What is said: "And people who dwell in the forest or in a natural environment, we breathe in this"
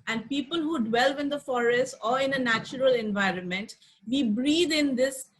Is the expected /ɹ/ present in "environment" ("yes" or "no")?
yes